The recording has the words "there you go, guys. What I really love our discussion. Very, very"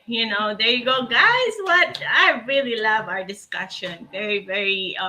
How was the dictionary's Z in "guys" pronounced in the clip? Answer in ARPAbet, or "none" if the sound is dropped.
Z